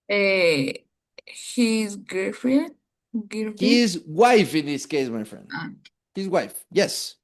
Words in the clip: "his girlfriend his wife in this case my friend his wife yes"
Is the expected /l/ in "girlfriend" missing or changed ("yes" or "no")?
yes